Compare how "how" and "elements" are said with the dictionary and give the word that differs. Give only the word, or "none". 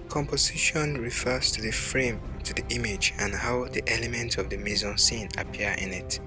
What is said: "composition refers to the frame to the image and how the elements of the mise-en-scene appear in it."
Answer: elements